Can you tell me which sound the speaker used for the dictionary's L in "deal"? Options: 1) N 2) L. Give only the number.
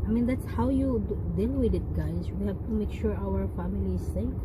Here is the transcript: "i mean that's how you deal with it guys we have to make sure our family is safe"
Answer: 1